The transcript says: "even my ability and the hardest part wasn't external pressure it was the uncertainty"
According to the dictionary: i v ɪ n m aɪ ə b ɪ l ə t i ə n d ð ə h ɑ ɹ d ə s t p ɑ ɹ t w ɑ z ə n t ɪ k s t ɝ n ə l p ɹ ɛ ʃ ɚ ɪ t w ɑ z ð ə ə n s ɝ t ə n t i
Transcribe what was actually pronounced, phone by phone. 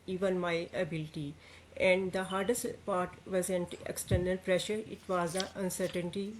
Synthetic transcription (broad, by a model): i v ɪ n m aɪ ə b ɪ l t i ə n d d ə h ɑ ɹ d ə s t p ɑ ɹ t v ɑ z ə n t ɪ k s t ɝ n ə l p ɹ ɛ ʃ ɚ ɪ t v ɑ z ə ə n s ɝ t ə n t i